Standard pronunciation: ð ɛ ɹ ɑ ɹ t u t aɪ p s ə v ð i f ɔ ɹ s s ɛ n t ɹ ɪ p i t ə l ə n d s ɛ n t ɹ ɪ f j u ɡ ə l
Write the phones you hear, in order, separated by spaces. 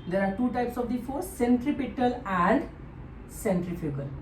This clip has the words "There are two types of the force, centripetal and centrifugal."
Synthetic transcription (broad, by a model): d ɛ ɹ ɑ ɹ t u t aɪ p s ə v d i f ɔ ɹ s s ɛ n t ɹ ɪ p i t ə l ə n d s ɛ n t ɹ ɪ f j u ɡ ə l